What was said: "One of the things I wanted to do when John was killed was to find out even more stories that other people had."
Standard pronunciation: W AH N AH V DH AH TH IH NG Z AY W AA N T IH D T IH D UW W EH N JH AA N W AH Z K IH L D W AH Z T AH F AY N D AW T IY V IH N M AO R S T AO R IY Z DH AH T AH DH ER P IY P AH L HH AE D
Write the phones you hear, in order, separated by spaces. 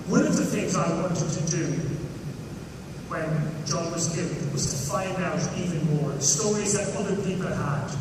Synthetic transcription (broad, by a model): W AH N AH V DH AH TH IH NG Z AY W AA N T IH D T IH D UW W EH N JH AA N W AH Z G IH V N W AH Z T AH F AY N D AW T IY V IH N M AO R S T AO R IY Z DH AH T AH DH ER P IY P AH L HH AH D